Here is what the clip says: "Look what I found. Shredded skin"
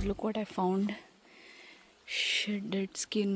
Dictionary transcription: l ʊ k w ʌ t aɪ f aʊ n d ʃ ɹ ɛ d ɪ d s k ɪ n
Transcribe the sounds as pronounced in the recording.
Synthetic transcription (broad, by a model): l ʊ k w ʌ t aɪ f aʊ n d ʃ ɛ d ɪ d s k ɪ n